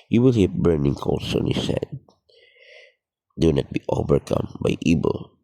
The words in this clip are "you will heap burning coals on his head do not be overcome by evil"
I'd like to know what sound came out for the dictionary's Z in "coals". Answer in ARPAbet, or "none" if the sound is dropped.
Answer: S